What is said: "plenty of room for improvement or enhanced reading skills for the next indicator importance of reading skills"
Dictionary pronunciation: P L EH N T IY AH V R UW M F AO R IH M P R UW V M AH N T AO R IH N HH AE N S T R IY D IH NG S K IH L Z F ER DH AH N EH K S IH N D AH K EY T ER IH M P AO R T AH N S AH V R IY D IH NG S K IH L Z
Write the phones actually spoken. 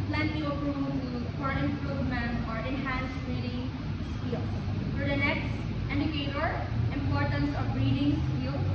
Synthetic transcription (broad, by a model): P L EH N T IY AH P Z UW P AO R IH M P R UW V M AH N AO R IH N HH AE N S T R IY D IH NG S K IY L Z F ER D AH N EH K S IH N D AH K EY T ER IH M P AO R T AH N S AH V R IY D IH NG S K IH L